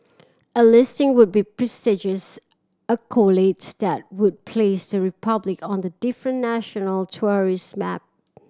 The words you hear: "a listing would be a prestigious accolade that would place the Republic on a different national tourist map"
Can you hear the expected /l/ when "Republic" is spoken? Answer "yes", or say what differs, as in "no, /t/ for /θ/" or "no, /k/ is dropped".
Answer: yes